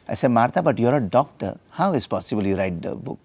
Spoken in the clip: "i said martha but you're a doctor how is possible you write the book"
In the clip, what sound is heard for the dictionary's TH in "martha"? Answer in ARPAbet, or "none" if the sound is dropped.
T